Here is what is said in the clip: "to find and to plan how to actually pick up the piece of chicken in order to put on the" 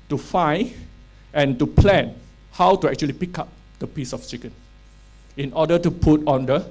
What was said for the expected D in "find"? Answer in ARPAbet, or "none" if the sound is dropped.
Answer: none